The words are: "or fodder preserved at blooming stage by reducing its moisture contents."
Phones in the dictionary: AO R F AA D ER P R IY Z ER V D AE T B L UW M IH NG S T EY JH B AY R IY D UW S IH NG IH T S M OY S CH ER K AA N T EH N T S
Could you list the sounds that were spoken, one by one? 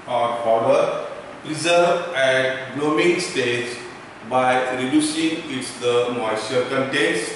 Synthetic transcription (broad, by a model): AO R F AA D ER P R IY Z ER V AE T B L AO M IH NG S T EY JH B AY R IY D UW S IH NG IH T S M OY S ER K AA N T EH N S